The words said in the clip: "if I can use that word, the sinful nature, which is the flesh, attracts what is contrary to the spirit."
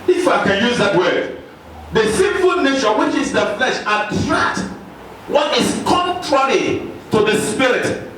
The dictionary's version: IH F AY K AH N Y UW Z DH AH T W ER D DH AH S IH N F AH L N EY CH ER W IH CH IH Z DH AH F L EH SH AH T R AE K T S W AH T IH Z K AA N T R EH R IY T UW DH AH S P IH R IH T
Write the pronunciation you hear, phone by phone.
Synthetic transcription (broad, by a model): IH F AY K AH N Y UW Z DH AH T W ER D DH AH S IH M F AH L N EY CH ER W IH CH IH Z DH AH F L EH SH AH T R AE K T W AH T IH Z K AA N T R EH R IY T UW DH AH S P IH R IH T